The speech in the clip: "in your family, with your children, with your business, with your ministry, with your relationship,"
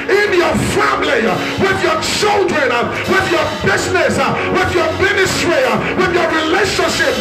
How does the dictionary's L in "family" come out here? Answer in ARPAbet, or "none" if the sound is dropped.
L